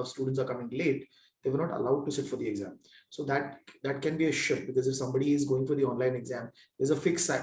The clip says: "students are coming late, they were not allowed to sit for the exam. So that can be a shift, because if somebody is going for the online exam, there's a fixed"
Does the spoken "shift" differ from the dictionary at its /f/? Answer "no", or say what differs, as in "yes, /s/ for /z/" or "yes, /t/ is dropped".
yes, /f/ is dropped